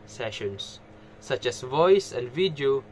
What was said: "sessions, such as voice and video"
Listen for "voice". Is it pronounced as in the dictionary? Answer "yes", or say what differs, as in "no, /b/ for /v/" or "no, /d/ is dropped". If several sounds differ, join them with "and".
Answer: yes